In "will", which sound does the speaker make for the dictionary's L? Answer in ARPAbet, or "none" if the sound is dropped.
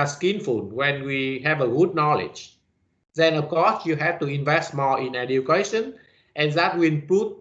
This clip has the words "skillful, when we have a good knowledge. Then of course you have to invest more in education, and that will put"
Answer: N